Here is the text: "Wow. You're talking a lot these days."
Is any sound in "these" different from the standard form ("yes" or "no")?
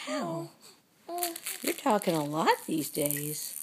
no